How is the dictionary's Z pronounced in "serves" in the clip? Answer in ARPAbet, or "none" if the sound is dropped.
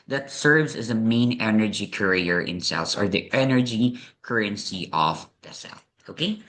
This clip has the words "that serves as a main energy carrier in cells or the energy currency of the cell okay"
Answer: Z